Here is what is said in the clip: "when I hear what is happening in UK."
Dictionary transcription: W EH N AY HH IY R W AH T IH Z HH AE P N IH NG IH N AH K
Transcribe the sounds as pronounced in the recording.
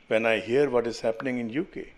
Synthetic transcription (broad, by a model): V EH N AY HH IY R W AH T IH Z HH AE P N IH NG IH N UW K